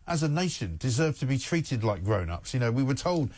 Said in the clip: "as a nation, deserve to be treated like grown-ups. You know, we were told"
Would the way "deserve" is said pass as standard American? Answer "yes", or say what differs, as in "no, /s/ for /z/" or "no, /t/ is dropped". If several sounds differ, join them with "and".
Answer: yes